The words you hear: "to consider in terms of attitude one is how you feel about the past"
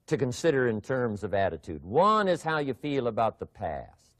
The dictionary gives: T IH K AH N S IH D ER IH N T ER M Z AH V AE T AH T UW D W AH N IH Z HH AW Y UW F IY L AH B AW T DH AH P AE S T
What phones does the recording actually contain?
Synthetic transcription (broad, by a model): T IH K AH N S IH D ER IH N T ER M Z AH V AE T AH T UW D W AH N IH Z HH AW Y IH F IY L AH B AW T DH AH P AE S T